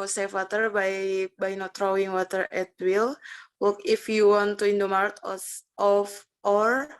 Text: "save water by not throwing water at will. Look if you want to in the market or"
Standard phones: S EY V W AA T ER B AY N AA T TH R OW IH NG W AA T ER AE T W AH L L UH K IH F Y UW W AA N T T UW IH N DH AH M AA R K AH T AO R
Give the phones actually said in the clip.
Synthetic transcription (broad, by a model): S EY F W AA T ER B AY N AA T R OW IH NG W AA T ER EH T W AH L W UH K IH F Y UW W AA N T T UW IH N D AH M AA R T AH T AO R